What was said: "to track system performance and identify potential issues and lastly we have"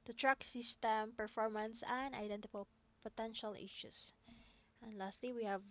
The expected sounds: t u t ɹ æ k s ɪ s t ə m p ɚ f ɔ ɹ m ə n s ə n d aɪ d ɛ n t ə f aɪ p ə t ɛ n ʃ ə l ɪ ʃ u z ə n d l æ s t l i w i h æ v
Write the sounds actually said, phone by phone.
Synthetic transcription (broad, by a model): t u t ɹ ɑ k s ɪ s t ə m p ɚ f ɔ ɹ m ə n s ə n d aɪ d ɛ n t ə p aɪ p ə t ɛ n ʃ ə l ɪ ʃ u s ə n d l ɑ s t l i w i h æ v